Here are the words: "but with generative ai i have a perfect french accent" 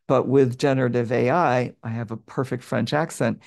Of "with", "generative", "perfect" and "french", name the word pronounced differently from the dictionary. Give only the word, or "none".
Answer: none